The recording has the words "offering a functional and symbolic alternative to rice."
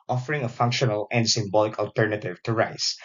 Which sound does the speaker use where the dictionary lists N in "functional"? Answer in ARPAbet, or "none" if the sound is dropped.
N